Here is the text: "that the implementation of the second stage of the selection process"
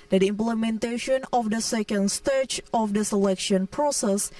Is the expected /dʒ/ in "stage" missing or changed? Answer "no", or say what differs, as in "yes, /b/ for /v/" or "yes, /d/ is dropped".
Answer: yes, /tʃ/ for /dʒ/